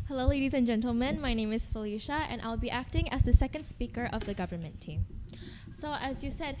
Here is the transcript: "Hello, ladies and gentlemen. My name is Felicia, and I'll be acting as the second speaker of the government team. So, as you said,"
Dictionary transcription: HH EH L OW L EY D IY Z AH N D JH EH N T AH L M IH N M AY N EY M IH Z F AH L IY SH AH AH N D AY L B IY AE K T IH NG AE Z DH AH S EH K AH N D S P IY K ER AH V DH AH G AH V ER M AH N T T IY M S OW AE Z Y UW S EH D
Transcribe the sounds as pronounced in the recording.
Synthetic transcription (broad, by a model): HH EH L OW L EY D IY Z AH N JH EH N T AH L M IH N M AY N EY M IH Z F AH L IY SH AH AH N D AY L B IY AE K T IH NG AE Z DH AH S EH K AH N D S P IY K ER AH V DH AH G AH V ER M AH N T T IY M S OW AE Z Y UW S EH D